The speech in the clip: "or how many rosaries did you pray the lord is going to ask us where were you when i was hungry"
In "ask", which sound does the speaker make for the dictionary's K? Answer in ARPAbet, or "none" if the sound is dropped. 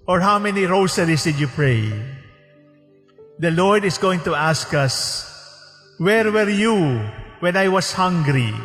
K